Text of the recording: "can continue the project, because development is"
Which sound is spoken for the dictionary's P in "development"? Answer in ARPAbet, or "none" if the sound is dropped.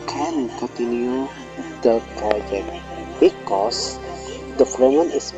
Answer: none